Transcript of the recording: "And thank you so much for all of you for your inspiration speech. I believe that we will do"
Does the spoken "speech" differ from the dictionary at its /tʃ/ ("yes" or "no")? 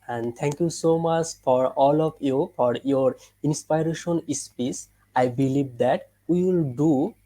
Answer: yes